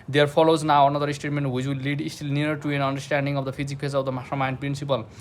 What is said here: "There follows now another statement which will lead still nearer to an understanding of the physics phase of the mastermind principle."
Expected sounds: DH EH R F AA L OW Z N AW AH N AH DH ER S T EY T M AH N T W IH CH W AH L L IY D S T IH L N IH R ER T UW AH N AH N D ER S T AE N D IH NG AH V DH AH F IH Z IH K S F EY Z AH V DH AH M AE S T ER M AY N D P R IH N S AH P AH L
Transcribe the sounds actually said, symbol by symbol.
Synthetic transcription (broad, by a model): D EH R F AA L OW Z N AW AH N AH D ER S T EY T M AH N T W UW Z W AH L L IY D S T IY L N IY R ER T UW AH N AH N D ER S T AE N D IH NG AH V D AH P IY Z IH K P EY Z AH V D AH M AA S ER M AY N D P R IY N S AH P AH L